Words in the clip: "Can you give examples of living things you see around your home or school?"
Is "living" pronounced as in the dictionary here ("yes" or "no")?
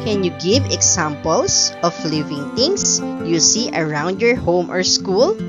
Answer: yes